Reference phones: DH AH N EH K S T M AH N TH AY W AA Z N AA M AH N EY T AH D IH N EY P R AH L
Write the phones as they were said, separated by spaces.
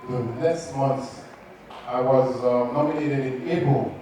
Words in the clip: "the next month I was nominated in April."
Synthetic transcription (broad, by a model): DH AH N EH S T M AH N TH AY W AA Z N AA M AH N EY T AH D IH N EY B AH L